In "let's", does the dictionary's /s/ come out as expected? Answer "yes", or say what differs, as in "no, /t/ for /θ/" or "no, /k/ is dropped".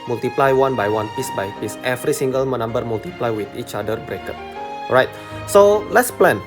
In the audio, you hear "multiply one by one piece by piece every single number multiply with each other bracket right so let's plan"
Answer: yes